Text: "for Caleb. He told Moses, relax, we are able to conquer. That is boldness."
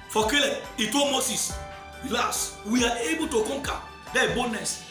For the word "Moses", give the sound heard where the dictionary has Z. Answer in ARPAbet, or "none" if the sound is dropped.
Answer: S